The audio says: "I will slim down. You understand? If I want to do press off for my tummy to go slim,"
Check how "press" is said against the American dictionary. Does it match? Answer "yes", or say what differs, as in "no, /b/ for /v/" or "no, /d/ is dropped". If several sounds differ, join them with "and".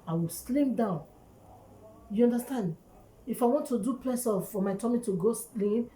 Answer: no, /l/ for /ɹ/